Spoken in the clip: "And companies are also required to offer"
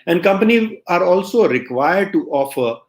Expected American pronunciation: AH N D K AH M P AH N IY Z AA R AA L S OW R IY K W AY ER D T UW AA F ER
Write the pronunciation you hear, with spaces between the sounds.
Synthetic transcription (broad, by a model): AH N D K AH M P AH N IY AA R AA L S OW R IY K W AY ER D T UW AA F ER